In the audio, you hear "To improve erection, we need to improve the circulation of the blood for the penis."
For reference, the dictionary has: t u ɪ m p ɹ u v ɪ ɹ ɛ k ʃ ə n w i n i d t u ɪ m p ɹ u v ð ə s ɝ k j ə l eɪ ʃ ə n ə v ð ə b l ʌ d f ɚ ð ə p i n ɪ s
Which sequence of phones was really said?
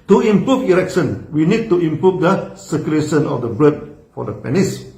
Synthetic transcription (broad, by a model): t u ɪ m p ɹ u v ɪ ɹ ɛ k ʃ ə n w i n i d t u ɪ m p ɹ u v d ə s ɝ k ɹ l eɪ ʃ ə n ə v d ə b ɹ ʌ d f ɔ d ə p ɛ n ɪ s